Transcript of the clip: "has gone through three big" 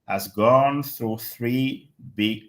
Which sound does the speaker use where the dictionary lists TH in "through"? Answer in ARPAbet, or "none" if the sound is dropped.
TH